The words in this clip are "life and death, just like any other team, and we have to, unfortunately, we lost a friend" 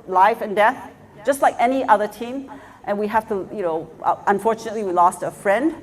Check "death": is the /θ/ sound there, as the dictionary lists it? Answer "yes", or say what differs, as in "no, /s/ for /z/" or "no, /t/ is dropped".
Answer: yes